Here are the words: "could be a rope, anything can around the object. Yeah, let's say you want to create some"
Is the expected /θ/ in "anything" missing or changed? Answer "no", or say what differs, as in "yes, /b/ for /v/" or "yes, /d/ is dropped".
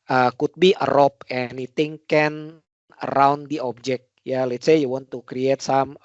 yes, /t/ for /θ/